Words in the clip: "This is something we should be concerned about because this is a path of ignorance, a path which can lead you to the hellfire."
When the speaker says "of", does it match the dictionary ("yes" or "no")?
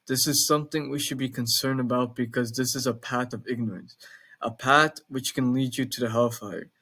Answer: yes